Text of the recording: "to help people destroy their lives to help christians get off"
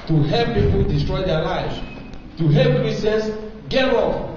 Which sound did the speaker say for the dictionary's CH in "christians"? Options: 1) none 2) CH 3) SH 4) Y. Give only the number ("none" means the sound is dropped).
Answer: 1